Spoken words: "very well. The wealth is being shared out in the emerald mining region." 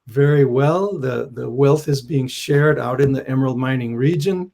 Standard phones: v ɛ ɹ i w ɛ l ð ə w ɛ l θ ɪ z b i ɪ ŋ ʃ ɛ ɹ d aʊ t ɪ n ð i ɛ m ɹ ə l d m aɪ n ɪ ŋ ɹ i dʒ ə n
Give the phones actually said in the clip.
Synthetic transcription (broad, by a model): v ɛ ɹ i w ɛ l ð ə w ɛ l θ ɪ z b i ɪ ŋ ʃ ɛ ɹ d aʊ t ɪ n ð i ɛ m ə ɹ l m aɪ n ɪ ŋ ɹ i dʒ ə n